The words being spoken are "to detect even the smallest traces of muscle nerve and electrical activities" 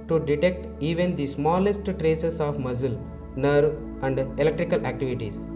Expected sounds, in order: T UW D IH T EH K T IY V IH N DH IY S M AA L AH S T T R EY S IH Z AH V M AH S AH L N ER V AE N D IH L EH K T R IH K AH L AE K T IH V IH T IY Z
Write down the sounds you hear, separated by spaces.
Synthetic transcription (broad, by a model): T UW D IH T EH K T IY V IH N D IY S M AA L AH S T T R EY S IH S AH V M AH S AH L N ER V AE N D IH L EH K T R IH K AH L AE K T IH V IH T IY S